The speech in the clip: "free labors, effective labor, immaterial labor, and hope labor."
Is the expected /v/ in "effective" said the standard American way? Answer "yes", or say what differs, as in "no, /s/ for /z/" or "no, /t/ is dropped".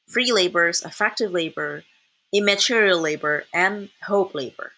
yes